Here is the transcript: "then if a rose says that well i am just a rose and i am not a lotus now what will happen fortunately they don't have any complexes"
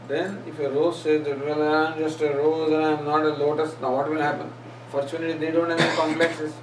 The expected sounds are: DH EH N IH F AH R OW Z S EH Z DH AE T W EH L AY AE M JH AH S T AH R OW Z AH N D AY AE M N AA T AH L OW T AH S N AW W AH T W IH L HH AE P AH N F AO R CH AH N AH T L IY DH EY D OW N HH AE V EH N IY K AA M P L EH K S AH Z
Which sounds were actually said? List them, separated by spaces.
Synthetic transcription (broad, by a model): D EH N IH F AH R OW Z S EH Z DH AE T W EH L AY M JH AH S T AH R OW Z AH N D AY M N AA T AH L OW T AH S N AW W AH T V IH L HH AE P AH N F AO R CH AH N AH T IY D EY D OW N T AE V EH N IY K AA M P L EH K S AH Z